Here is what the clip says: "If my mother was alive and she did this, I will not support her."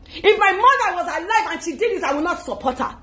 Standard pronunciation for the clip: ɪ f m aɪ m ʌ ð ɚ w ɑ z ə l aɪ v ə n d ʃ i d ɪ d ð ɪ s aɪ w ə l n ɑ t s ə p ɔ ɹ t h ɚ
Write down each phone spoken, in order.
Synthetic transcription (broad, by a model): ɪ f m aɪ m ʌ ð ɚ w ɑ z ə l aɪ v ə n ʃ i d ɪ d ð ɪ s aɪ w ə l n ɑ t s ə p ɔ t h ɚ